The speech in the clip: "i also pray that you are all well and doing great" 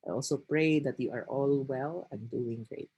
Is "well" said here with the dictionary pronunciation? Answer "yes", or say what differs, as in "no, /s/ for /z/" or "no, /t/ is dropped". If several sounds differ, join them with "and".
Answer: yes